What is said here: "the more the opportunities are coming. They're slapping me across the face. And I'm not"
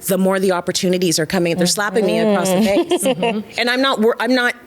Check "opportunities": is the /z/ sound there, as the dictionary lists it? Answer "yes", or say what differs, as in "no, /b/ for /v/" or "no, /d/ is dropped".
yes